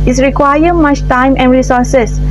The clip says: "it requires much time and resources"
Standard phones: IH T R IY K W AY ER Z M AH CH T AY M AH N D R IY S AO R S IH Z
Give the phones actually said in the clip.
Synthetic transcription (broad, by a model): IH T R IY K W AY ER M AH CH T AY M AH N D R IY S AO R S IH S